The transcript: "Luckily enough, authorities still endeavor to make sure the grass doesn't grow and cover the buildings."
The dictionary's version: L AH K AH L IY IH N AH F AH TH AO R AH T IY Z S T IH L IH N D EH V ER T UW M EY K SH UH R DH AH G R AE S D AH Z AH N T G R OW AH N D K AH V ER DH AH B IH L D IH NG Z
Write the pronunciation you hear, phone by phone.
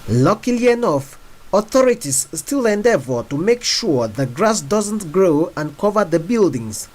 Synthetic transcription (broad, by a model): L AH K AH L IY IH N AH F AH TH AO R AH T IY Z S T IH L IH N D EH V ER T UW M EY K SH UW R DH AH G R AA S D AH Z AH N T G R OW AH N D K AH V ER DH AH B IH L D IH NG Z